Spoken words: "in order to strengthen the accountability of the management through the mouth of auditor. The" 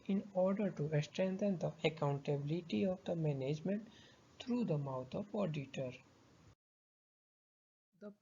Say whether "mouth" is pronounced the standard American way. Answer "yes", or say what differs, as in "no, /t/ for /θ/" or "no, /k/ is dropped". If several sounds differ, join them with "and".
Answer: no, /t/ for /θ/